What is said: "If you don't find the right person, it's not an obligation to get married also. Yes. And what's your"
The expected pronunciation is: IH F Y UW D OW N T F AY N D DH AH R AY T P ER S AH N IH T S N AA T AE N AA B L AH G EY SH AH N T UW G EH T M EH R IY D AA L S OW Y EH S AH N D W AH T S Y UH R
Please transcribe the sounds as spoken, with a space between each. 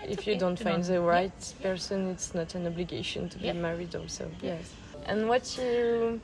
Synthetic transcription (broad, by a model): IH F Y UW D OW N T F AY N D DH AH R AY T P ER S AH N IH T S N AA T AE N AA B L AH G EY SH AH N T UW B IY M EH R IY D AA L S OW Y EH S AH N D W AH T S Y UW